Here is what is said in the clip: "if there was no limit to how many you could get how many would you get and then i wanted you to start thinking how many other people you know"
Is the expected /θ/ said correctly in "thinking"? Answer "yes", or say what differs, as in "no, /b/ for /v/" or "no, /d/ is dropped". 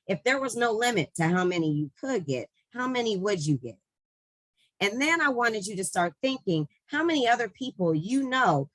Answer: yes